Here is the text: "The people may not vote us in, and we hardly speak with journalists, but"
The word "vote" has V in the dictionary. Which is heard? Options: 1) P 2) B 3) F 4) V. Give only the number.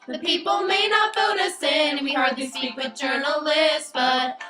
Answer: 3